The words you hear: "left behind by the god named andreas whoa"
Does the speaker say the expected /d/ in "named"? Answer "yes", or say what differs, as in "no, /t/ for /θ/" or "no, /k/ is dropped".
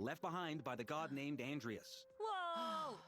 yes